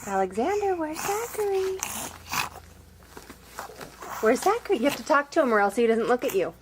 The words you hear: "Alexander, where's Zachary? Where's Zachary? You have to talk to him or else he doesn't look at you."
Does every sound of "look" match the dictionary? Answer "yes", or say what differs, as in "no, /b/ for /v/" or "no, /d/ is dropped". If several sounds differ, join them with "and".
yes